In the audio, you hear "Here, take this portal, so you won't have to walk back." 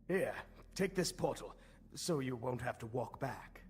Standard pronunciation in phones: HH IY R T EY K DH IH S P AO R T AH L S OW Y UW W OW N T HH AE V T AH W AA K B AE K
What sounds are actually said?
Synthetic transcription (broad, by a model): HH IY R T EY K DH IH S P AO R T L S OW Y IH W OW N T HH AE F T AH W AA K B AE K